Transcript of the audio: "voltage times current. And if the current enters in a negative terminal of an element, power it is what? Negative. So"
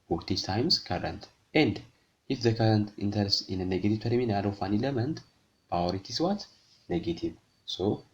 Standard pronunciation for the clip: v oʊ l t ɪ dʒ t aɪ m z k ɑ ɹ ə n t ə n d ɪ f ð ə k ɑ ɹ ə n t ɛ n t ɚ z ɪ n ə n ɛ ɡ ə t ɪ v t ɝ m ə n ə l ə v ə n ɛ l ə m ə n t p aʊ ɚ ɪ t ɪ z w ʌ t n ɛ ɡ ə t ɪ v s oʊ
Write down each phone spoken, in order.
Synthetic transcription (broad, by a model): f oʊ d t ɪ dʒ t aɪ m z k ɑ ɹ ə n t ə n d ɪ f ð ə k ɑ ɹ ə n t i n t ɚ s ɪ n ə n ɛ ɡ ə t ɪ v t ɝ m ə n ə l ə f ə n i l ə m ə n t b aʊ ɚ ɪ t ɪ s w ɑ t n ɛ ɡ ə t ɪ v s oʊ